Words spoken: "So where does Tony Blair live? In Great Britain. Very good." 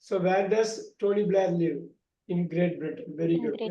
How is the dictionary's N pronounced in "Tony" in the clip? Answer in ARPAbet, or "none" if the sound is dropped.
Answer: L